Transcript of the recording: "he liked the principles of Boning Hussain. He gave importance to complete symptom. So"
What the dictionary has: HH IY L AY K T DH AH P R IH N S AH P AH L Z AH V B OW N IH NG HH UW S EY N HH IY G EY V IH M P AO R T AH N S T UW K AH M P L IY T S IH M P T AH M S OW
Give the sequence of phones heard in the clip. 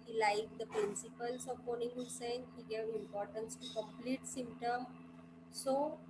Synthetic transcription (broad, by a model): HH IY L AY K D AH P R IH N S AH P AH L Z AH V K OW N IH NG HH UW S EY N HH IY G EY V IH M P AO R T AH N S T UW K AH M P L IY T S IH M P T AH M S OW